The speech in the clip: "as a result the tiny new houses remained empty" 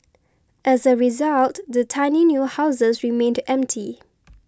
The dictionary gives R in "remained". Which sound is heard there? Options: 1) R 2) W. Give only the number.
1